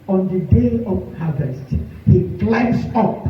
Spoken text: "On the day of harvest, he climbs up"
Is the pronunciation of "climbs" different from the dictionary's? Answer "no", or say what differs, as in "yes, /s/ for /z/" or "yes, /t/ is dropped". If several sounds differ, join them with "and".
yes, /s/ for /z/